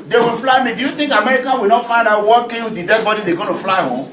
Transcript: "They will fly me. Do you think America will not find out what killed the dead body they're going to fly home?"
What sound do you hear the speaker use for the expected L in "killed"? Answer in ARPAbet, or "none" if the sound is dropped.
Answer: W